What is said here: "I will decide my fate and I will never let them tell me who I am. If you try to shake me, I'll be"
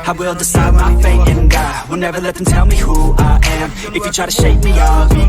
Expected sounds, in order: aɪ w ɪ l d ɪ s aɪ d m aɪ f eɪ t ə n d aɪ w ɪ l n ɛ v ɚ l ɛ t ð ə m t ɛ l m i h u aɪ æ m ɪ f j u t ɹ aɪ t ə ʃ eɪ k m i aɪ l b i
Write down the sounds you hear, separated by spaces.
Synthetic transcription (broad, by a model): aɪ w ɪ l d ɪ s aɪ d m aɪ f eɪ ə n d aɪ w ɪ l n ɛ v ɚ l ɛ t ð ə m t ɛ l m i h u aɪ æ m ɪ f j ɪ t ɹ aɪ t ə ʃ eɪ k m i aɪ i